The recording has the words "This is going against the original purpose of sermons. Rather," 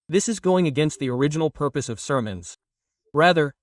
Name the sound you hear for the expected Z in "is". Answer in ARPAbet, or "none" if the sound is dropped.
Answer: Z